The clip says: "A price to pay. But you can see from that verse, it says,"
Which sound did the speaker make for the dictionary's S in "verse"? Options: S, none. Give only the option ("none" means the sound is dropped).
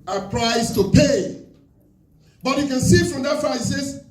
none